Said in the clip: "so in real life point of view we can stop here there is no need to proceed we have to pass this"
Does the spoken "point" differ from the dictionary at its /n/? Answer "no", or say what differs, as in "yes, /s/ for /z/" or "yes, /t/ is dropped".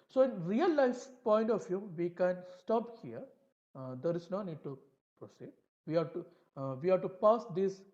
no